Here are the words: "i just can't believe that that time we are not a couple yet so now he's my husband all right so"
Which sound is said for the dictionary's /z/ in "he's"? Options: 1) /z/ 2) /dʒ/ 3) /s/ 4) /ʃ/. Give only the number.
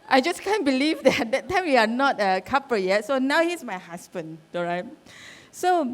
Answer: 3